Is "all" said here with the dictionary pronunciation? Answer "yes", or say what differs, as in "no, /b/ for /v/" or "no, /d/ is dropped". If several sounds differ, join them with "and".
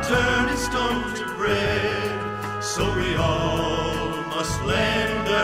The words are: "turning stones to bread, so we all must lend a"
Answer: yes